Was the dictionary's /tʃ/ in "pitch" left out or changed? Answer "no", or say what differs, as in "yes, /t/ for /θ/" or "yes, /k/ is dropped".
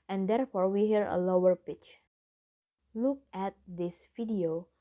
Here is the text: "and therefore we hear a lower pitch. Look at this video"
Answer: no